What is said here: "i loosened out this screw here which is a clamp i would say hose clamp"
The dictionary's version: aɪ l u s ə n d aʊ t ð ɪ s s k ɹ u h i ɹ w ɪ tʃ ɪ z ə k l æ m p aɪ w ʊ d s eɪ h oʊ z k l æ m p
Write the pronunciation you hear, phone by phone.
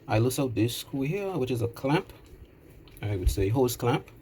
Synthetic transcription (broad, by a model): aɪ l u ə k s aʊ t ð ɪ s s k u h i ɹ w ɪ tʃ ɪ z ə k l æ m p aɪ w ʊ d s eɪ h oʊ s k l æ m p